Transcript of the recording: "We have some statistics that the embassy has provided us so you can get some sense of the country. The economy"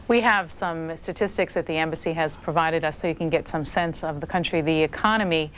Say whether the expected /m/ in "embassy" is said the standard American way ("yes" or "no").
yes